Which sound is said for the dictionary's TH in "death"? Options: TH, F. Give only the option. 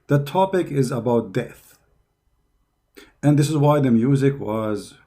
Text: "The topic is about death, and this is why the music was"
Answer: TH